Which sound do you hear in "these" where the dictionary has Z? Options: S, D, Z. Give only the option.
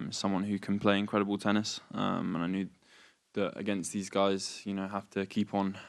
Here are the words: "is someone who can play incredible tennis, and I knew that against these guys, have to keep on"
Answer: Z